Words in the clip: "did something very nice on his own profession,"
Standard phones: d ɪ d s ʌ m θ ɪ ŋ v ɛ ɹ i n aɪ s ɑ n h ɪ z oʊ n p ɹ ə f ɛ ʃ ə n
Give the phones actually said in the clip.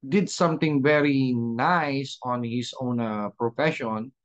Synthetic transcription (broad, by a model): d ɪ d s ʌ m t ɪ ŋ v ɛ ɹ i n aɪ s ɑ n h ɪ s oʊ n p ɹ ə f ɛ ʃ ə n